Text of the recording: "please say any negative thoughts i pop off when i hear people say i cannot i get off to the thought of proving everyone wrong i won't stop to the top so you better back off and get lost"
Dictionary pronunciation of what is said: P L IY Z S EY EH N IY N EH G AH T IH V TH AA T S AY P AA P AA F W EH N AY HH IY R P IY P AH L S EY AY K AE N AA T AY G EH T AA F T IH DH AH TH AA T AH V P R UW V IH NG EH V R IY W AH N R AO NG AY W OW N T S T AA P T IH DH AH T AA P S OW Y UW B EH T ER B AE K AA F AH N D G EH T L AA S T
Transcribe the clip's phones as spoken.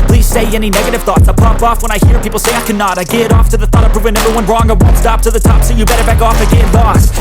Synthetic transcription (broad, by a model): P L IY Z S EY EH N IY N EH G AH T IH V TH AA T S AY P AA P AA F W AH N AY HH IY R P IY P L S EY AY K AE N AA T AY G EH T AA F T IH DH AH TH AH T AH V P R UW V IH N EH V R IY W AH N R AO NG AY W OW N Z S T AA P T IH DH AH T AA P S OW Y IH B EH T ER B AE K AA F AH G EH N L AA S